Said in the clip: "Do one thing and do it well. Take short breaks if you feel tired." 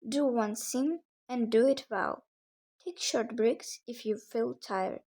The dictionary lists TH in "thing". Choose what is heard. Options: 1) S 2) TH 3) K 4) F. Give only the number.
1